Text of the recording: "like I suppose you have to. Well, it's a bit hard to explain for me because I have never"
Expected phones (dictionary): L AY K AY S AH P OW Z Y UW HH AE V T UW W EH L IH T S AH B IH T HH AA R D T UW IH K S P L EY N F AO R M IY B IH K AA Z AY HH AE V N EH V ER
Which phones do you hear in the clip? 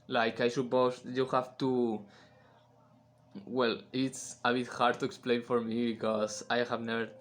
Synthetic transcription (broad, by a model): L AY K AY SH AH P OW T Y UW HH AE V T UW W EH L IH T S AH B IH T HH AA R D T UW IH K S P L EY N F AO R M IY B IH K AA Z AY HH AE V N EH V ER